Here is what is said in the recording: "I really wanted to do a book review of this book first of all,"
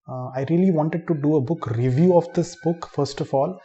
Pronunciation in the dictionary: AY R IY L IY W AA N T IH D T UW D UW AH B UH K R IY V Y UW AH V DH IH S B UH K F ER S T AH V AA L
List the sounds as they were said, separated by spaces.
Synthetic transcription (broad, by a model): AY R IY L IY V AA N T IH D T UW D UW AH B UH K R IY V Y UW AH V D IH S B UH K F ER S T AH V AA L